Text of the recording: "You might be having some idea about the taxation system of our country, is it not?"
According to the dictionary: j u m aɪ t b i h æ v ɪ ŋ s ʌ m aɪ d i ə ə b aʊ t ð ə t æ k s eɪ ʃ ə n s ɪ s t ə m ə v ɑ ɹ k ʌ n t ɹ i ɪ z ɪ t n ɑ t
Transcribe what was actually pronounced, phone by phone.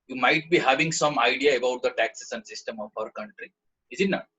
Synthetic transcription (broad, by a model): j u m aɪ t b i h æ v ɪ ŋ s ʌ m aɪ d i ə ə b aʊ t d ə t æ k s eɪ s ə n s ɪ s t ə m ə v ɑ ɹ k ʌ n t ɹ i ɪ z ɪ t n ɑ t